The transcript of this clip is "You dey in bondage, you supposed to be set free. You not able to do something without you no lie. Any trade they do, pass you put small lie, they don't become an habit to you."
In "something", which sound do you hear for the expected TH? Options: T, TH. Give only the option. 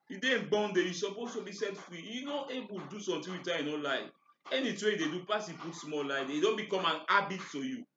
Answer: T